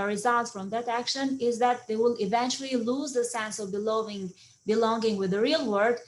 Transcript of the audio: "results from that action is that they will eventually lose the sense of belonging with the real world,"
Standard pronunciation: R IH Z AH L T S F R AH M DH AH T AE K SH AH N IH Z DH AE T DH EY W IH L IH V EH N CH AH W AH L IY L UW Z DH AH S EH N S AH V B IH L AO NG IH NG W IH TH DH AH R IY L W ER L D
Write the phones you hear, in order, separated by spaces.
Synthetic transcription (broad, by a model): R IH Z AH L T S F R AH M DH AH T AE K SH AH N IH Z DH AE T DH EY W IH L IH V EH N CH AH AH L IY L UW Z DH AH S EH N S AH V B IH L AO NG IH NG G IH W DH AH R IY L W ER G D